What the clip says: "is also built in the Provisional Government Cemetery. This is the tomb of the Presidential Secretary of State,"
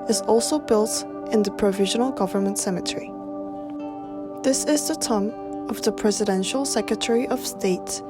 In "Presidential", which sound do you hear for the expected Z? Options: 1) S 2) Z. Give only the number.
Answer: 2